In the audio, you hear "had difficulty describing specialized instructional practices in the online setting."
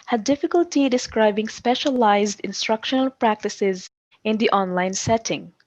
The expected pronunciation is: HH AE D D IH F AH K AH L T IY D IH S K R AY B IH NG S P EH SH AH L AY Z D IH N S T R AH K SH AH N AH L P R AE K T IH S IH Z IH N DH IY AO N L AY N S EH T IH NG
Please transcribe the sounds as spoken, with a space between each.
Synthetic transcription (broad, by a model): HH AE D D IH F AH K AH L T IY D IH S K R AY B IH NG S P EH SH AH L AY Z D IH N S T R AH K SH AH N AH L P R AE K T IH S IH Z IH N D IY AO N L AY N S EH T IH NG